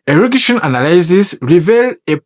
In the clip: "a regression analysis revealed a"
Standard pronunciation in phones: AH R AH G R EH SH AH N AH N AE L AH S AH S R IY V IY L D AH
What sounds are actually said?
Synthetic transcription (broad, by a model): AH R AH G EH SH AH N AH N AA L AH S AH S R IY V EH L AH